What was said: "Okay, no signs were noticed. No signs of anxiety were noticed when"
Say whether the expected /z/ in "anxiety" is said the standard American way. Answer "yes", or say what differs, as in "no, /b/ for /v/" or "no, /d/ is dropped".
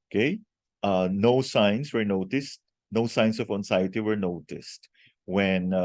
no, /s/ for /z/